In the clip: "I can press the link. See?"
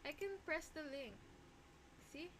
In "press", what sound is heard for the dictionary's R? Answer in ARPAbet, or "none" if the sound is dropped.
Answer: R